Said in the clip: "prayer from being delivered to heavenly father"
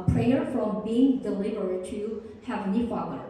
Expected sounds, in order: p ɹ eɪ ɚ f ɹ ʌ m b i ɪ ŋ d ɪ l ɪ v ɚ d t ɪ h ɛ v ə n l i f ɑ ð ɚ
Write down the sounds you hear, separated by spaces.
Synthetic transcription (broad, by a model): p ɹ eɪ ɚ f ɹ ʌ m b i ɪ ŋ d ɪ l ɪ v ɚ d t ɪ h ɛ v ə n i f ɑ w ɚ